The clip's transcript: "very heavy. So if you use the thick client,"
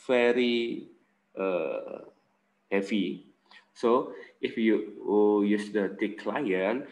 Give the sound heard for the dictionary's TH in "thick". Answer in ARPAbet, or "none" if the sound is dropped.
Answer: T